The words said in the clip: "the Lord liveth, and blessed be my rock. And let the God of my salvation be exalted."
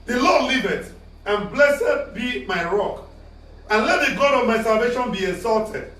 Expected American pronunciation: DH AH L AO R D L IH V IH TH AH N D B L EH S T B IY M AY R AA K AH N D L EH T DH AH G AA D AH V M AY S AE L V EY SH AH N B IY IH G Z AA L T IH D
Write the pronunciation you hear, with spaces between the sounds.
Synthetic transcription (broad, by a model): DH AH L AO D L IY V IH T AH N B L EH S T B IY M AY R AA K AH N L EH T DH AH G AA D AH V M AY S AE L V EY SH AH N B IY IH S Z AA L T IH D